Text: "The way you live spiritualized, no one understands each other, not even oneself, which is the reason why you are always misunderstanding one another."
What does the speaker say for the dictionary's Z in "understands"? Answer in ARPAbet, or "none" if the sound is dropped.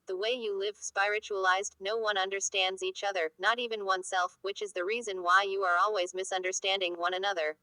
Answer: Z